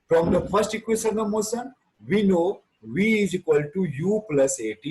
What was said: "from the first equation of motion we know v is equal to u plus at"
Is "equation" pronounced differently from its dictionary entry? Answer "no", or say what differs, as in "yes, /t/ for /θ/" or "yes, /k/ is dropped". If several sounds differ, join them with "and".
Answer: yes, /s/ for /ʒ/